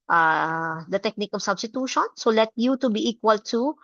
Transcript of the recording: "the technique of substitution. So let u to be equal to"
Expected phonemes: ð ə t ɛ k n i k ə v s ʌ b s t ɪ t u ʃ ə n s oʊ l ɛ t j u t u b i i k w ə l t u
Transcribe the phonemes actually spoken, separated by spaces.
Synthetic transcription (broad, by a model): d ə t ɛ k n i k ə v s ʌ b s t ɪ t u ʃ ə n s oʊ l ɛ t j u t u b i i k w ə l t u